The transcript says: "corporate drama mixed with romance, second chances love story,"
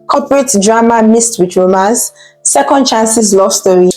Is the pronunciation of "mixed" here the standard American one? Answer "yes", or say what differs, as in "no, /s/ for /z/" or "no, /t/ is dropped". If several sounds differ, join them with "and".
no, /k/ is dropped